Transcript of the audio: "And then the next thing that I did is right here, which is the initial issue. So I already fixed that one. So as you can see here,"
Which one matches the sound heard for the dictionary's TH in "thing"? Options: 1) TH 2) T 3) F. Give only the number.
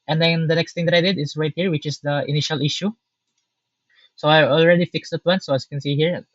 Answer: 2